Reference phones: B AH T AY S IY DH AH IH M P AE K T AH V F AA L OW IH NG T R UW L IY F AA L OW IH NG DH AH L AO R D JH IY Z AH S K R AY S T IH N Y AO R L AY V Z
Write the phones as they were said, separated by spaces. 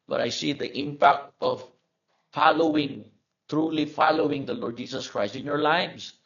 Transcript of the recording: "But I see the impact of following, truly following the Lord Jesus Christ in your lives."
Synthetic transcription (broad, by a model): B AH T AY S IY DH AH IH M P AE K T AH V F AA L OW IH NG T R UW L IY F AA L OW IH NG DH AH L AO R D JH IY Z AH S K R AY S T IH N Y AO R L AY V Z